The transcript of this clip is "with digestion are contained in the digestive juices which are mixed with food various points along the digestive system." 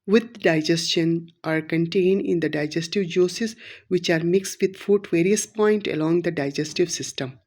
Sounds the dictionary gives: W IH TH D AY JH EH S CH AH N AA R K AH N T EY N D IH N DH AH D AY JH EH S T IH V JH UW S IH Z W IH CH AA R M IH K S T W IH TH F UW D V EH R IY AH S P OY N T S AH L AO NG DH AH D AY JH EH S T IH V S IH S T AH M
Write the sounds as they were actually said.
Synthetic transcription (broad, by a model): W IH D D AY JH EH S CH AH N AA R K AH N T EY N D IH N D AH D AY JH EH S T IH V JH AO S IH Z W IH CH AA R M IH K S T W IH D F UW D V EH R IY AH S P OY N T AH L AO NG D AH D AY JH EH S T IH V S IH S T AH M